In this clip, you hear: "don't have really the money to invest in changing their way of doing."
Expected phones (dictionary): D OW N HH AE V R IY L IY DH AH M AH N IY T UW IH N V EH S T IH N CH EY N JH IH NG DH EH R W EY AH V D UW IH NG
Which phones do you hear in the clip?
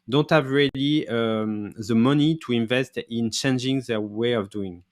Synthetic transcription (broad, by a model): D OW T HH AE V R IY L IY DH AH M AH N IY T UW IH N V EH S T IH N CH EY N JH IH NG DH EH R W EY AH V D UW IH NG